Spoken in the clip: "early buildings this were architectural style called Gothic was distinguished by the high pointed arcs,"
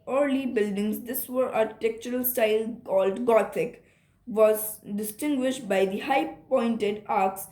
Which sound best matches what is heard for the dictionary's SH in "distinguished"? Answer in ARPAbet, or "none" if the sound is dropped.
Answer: SH